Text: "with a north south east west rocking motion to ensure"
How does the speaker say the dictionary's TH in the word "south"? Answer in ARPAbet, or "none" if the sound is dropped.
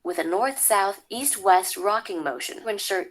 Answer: TH